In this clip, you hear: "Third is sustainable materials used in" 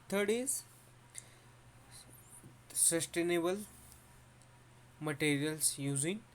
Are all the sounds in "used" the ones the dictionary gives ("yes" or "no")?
no